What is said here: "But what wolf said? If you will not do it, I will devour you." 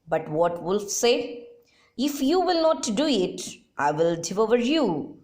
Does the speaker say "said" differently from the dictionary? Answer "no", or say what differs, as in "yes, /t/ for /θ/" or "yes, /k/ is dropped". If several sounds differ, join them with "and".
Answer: yes, /d/ is dropped